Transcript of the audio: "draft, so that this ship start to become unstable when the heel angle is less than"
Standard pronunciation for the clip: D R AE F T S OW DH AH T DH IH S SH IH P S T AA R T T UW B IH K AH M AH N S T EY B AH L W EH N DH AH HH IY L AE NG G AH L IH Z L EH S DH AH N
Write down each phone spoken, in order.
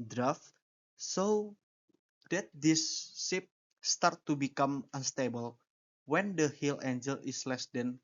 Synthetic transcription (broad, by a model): D R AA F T S OW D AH T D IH S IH P S T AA R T T UW B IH K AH M AH N S T EY B AH L W EH N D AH HH IY L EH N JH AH L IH S L EH S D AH N